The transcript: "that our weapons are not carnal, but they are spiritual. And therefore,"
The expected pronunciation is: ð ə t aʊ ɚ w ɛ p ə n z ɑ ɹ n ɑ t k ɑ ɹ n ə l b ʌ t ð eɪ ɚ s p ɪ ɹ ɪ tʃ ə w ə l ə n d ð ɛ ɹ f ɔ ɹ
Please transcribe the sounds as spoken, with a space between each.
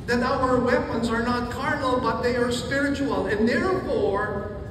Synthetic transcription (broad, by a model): ð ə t aʊ ɚ w ɛ p ə n z ɑ ɹ n ɑ t k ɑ ɹ n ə l b ʌ t ð eɪ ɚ s p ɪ ɹ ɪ tʃ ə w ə l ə n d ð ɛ ɹ f ɔ ɹ